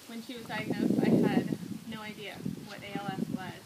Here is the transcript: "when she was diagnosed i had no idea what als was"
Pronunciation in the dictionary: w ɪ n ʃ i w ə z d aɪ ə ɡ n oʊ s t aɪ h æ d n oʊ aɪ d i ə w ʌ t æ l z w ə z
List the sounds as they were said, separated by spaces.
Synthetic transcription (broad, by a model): w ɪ n ʃ i w ə z d aɪ ə ɡ n oʊ s t aɪ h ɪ d n oʊ aɪ d i ə w ʌ t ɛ l s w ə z